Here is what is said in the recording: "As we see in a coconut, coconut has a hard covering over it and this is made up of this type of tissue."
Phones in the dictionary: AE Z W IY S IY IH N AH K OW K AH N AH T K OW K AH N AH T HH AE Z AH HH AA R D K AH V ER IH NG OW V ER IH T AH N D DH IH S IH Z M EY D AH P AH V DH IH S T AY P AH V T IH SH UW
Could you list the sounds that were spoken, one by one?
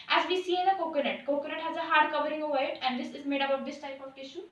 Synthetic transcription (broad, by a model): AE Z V IY S IY IH N AH K OW K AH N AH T K OW K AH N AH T HH AE Z AH HH AA R D K AH V ER IH NG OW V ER IH T AH N D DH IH S IH Z M EY D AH B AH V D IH S T AY P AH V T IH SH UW